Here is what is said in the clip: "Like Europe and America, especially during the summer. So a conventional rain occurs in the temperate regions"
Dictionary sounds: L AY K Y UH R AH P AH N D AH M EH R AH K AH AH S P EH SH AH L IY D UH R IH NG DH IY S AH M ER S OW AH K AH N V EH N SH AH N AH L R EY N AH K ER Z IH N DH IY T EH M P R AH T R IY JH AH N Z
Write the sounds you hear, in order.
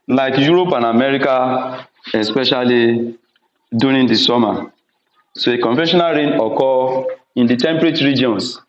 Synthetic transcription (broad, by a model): L AY K Y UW R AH P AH N AH M EH R AH K AH AH S P EH SH AH L IY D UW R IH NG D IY S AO M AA S OW AH K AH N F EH SH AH N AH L R EY N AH K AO IH N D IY T EH M P R AH T R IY JH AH N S